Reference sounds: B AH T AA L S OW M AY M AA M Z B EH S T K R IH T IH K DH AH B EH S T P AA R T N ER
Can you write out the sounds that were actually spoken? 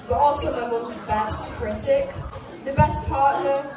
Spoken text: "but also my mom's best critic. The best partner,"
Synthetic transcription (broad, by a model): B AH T AA L S OW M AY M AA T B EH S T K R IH S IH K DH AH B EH S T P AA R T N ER